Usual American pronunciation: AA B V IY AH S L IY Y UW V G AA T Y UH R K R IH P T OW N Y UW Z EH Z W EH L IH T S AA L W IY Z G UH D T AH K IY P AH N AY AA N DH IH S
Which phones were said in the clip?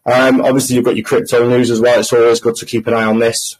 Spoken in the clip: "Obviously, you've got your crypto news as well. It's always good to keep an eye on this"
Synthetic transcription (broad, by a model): AA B V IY AH S L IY Y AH V G AA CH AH K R IH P T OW N Y UW Z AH Z W EH L IH T S AA L W IY Z G UH D T AH K IY P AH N AY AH N DH IH S